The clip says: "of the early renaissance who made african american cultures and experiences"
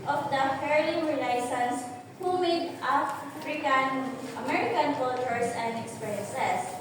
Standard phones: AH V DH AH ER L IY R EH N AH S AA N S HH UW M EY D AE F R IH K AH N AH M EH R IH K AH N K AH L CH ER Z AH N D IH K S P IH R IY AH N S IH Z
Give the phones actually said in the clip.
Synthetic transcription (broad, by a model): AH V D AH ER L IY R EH L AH S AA N S HH UW M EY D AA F R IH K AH N AH M EH R IH K AH N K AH L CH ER S AH N D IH K S P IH R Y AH N S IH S